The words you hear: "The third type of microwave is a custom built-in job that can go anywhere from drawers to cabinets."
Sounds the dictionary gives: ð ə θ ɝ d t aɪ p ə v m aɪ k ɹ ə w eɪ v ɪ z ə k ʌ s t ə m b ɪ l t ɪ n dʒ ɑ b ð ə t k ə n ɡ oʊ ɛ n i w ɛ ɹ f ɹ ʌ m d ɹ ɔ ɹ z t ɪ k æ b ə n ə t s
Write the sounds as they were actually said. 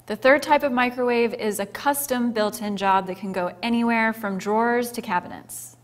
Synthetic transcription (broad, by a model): ð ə θ ɝ d t aɪ p ə v m aɪ k ɹ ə w eɪ v ɪ z ə k ʌ s t ə m b ɪ l t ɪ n dʒ ɑ b ð ə t k ə n ɡ oʊ ɛ n i w ɛ ɹ f ɹ ʌ m d ɹ ɔ ɹ z t ɪ k æ b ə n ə t s